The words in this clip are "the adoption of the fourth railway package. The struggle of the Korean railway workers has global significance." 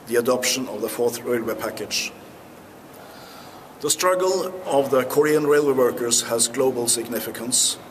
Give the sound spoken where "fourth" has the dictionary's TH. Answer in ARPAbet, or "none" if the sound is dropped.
TH